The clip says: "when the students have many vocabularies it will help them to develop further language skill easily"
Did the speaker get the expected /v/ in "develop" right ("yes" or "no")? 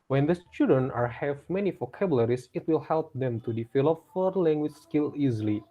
no